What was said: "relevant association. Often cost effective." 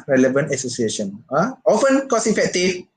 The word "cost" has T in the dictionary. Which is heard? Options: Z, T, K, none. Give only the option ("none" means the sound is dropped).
none